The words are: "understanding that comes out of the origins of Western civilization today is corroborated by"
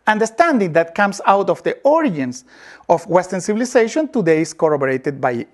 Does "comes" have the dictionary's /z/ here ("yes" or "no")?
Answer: no